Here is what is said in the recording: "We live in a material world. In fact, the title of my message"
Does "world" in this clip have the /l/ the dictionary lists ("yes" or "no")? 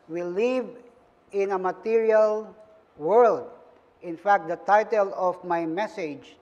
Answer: yes